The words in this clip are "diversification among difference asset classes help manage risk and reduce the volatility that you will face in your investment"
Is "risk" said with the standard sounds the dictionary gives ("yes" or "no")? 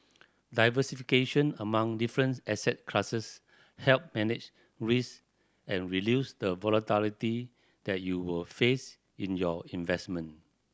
no